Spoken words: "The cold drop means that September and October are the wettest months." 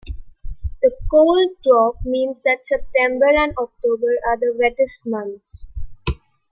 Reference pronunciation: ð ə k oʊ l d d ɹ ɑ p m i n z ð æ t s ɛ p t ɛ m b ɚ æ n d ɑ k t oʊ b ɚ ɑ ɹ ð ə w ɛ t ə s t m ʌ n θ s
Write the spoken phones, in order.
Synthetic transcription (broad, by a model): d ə k oʊ l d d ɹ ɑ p m i n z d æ t s ɛ p t ɛ m b ɚ æ n d ɑ k t oʊ b ɚ ɑ ɹ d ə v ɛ t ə s t m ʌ n t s